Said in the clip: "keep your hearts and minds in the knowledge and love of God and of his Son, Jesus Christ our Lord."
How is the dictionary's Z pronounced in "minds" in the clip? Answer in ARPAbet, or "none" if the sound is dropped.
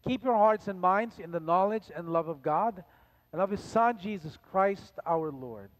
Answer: Z